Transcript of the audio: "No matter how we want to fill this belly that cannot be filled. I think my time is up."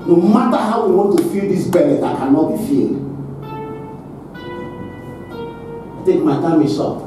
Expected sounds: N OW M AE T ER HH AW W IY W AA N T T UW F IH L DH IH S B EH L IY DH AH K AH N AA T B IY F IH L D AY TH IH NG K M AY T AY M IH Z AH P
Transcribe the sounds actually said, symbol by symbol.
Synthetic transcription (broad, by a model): N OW M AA T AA HH AW W IY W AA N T T UW F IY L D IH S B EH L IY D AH K AH N AA T B IY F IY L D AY T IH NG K M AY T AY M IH S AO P